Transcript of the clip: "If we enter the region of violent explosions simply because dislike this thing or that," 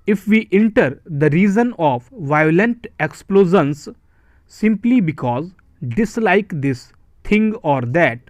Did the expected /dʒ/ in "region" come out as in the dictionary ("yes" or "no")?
no